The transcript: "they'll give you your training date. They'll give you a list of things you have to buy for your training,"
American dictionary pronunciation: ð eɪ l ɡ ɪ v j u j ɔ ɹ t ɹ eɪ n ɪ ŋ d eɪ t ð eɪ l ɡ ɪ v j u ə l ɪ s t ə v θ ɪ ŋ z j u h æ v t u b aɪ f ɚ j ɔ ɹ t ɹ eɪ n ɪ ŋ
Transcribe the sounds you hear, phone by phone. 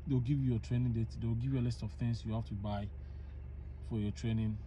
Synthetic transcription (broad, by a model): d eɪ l ɡ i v j u j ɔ t ɹ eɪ n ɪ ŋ d eɪ t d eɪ w ɡ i v j u ə l ɪ s t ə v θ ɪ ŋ s j u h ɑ f t u b aɪ f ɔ j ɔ t ɹ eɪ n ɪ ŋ